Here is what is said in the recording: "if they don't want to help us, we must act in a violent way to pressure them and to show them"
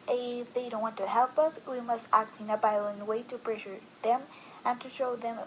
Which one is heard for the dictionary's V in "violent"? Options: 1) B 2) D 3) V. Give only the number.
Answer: 1